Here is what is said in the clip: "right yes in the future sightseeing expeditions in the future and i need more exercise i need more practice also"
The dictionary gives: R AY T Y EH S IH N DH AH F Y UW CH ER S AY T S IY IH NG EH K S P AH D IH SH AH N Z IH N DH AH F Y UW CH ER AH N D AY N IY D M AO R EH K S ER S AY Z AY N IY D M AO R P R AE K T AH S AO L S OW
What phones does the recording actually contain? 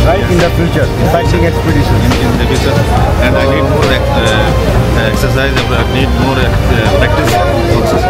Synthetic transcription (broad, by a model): R AY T IH N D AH F Y UW CH ER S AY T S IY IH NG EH K S P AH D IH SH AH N IH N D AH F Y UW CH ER AH N D AY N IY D M AO R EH K S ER S AY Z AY N IY D M AO R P R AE K T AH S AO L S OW